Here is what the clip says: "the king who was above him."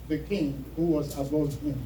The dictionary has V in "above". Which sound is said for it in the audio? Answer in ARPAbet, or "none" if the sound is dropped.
none